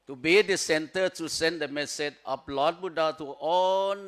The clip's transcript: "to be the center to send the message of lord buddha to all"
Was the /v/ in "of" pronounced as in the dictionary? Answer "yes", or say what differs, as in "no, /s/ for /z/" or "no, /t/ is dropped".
no, /p/ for /v/